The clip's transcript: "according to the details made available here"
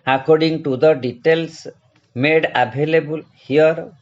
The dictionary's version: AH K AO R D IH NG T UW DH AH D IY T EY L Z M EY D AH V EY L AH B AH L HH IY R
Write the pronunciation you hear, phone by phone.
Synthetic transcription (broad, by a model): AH K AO R D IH NG T UW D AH D IY T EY L S M EY D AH B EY L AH B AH L HH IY R